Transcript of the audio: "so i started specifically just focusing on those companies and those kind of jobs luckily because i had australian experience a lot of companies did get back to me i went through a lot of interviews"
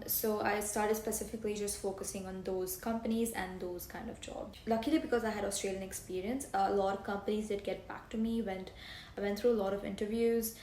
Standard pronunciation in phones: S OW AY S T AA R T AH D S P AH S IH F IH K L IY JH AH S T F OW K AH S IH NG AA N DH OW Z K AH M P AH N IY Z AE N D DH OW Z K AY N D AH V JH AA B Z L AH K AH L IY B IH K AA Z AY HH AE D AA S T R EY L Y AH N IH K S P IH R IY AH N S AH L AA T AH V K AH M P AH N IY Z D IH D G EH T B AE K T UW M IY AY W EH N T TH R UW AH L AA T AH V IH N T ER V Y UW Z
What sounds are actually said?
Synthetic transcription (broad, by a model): S OW AY S T AA R T AH D S P AH S IH F IH K L IY JH AH S T F OW K AH S IH NG AA N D OW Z K AH M P AH N IY Z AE N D OW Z K AY N D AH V JH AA B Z L AH K AH L IY B IH K AA Z AY HH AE D AA S T R EY L Y AH N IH K S P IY R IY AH N S AH L AA T AH V K AH M P AH N IY Z D IH D G EH T B AE K T UW M IY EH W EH N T T R UW AH L AA T AH V IH N T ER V Y UW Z